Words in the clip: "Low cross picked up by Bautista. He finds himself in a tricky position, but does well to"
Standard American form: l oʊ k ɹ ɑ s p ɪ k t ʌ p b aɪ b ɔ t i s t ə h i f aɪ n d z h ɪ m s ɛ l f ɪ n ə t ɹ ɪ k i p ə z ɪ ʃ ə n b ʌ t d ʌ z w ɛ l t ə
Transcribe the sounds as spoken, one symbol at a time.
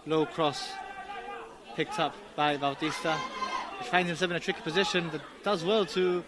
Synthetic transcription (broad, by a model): l oʊ k ɹ ɑ s p ɪ k t ʌ p b aɪ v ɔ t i s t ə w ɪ f aɪ n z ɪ m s ɛ l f ɪ n ə t ɹ ɪ k i p ə z ɪ ʃ ə n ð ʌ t d ʌ z w ɛ l t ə